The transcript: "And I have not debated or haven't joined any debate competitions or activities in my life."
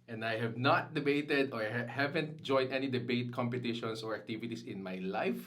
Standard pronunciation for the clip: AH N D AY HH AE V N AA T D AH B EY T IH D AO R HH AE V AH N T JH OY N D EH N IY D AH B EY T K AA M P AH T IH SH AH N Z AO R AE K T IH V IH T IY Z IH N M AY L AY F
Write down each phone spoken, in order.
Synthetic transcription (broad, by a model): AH N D AY HH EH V N AA T D AH B EY T IH D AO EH HH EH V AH N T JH OY N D EH N IY D AH B EY T K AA M P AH T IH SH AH N S AO R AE K T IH V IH T IY S IH N M AY L AY F